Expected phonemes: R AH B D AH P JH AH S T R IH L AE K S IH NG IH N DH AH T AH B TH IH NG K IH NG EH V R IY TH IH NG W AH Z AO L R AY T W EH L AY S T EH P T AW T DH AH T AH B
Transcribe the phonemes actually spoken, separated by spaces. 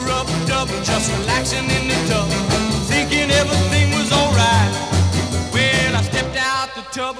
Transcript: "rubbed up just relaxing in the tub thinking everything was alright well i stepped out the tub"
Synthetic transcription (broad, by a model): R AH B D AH B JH AH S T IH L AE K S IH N IH N DH AH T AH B TH IH NG K IH NG EH V R IY TH IH NG W AH Z AO L R AY T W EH AY S T EH P T AW T DH AH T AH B